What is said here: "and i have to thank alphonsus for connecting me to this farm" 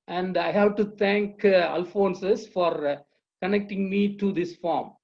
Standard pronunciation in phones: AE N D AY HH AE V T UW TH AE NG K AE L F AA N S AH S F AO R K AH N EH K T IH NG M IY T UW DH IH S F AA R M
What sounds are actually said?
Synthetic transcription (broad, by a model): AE N D AY HH AE V T UW T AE NG K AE L F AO N S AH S F AO R K AH N EH K T IH NG M IY T UW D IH S F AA R M